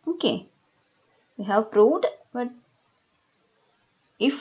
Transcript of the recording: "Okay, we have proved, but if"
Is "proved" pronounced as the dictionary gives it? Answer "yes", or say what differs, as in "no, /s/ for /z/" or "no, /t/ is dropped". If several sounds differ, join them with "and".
no, /v/ is dropped